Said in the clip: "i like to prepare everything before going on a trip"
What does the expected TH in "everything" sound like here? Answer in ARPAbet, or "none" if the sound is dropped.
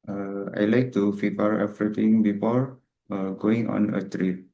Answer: T